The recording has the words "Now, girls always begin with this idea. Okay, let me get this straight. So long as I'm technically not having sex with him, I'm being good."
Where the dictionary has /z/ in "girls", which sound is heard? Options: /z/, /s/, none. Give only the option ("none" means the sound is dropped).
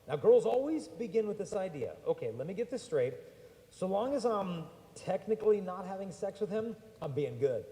/z/